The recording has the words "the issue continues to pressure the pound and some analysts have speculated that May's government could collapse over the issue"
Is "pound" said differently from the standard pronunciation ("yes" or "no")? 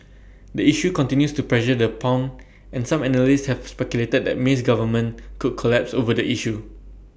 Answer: yes